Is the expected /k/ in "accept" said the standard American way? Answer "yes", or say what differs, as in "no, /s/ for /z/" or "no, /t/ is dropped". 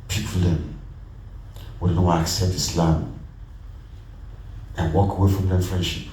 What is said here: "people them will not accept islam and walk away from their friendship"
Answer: yes